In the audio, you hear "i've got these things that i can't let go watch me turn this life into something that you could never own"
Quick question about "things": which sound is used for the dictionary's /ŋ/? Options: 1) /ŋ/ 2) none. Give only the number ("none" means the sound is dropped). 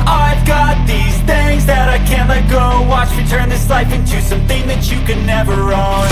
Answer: 2